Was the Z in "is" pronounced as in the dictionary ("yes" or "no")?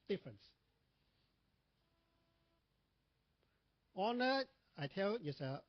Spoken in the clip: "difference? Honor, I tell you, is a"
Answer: no